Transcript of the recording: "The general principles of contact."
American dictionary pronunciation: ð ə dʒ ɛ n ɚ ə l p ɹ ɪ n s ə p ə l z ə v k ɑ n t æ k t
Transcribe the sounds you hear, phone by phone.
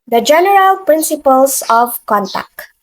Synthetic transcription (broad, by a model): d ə dʒ ɛ n ɚ ə l p ɹ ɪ n s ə p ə l s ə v k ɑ n t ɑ k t